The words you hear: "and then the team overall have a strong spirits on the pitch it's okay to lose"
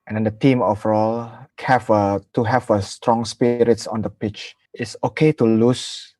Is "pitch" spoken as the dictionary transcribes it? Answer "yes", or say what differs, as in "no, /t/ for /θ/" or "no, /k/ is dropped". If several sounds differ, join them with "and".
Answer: yes